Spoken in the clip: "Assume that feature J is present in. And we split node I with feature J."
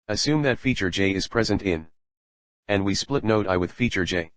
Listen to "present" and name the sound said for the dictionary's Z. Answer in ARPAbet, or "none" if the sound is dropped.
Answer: Z